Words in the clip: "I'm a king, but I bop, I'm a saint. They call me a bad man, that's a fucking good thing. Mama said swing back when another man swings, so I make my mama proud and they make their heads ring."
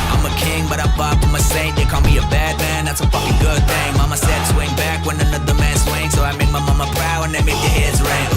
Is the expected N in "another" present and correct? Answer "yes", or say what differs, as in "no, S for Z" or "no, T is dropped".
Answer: yes